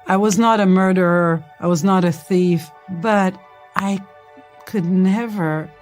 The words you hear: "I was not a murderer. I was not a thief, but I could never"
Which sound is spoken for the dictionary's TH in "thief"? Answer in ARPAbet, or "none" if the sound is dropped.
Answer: TH